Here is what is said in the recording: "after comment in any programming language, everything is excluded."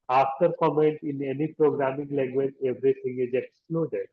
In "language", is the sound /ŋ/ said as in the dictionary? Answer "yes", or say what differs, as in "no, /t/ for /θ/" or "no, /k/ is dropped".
no, /ŋ/ is dropped